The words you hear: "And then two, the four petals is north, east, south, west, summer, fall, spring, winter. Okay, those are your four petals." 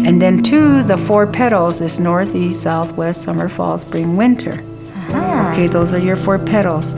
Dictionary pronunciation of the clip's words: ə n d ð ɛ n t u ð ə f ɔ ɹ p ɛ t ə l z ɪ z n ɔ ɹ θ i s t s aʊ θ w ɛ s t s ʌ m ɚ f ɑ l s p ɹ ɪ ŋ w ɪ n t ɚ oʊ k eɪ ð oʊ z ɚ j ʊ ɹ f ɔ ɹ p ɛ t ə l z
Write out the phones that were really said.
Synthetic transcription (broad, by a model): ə n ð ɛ n t u ð ə f ɔ ɹ p ɛ t l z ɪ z n ɔ ɹ θ i s t s aʊ θ w ɛ s t s ʌ m ɚ f ɑ l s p ɹ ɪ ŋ w ɪ n t ɚ oʊ k eɪ ð oʊ z ɚ j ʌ ɹ f ɔ ɹ p ɛ t l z